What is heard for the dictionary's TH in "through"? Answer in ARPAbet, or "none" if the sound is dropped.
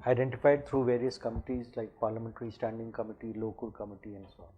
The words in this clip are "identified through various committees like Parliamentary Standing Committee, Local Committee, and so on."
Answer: T